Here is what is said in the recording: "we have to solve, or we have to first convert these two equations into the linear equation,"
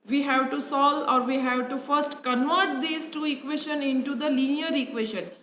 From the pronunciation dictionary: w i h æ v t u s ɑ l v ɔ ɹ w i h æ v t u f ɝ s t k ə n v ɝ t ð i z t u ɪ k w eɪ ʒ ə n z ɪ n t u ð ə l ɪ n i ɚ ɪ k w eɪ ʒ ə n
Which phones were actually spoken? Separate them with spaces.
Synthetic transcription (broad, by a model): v i h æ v t u s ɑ l ɔ ɹ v i h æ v t u f ɝ s t k ə n v ɝ t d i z t u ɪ k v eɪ ʃ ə n ɪ n t u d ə l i n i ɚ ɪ k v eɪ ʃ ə n